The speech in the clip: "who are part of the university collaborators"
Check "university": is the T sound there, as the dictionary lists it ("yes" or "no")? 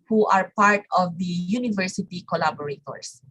yes